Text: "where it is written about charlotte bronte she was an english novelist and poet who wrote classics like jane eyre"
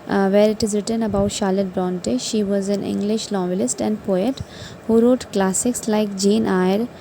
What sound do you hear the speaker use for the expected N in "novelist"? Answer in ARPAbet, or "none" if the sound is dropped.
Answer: L